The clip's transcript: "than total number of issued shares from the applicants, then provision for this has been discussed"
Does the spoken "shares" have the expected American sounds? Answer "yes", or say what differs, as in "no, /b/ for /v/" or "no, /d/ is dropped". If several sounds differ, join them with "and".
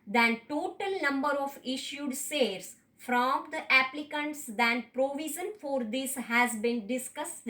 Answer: no, /s/ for /ʃ/